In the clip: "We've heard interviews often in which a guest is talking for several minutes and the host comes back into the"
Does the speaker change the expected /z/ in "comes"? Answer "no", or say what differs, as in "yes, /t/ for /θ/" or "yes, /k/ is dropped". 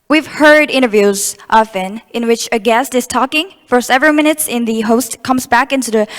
no